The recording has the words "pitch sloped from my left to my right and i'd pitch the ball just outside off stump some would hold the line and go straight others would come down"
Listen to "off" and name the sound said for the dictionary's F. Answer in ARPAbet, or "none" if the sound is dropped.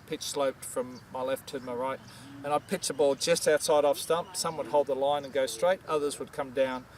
F